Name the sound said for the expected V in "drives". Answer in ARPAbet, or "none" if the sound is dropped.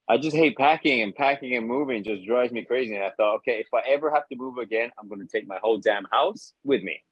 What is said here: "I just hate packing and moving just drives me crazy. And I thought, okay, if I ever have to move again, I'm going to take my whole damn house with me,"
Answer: none